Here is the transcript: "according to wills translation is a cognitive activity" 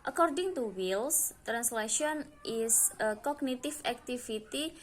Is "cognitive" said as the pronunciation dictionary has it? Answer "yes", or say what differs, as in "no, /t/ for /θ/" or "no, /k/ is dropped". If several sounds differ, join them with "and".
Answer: no, /f/ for /v/